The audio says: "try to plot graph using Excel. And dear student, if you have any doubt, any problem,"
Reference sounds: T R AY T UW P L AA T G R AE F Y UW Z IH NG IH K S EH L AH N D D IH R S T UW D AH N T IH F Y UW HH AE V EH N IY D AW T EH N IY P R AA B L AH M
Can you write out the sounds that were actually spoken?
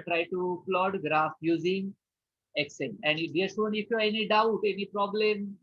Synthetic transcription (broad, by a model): T R AY T UW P L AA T G R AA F Y UW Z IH NG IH K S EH N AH N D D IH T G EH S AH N IH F Y UW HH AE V EH N IY D AW T EH N IY P R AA B L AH M